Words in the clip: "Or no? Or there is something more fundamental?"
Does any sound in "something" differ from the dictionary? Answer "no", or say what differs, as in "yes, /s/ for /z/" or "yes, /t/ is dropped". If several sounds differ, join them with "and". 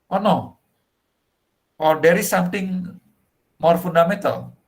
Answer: yes, /t/ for /θ/